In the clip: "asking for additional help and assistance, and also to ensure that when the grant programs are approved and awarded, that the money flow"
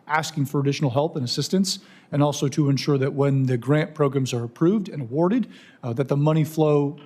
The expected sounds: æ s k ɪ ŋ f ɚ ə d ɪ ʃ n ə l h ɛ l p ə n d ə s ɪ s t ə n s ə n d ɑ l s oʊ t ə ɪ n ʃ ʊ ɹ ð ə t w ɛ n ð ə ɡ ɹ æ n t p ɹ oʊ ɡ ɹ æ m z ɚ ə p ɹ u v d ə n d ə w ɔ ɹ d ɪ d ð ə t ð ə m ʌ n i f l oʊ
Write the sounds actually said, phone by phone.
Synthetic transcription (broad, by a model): æ s k ɪ ŋ f ɚ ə d ɪ ʃ n l h ɛ l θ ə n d ə s ɪ s t ə n s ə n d ɑ l s oʊ t ə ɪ n ʃ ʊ ɹ ð ə t w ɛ n ð ə ɡ ɹ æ n p ɹ oʊ ɡ ɹ æ m z ɚ ə p ɹ u v d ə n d ə w ɔ ɹ d ɪ d ð ə t ð ə m ʌ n i f l oʊ